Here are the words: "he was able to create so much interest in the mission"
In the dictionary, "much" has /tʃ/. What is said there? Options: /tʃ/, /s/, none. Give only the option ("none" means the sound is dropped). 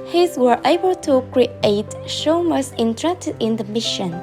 /s/